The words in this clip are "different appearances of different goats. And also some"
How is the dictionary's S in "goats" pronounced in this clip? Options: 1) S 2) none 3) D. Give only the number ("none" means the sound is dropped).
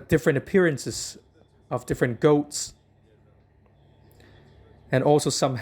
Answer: 1